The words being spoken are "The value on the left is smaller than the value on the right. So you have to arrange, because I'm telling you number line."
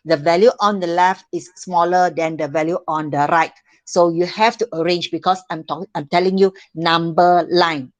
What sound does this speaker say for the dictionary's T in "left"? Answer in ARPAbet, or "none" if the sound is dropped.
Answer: T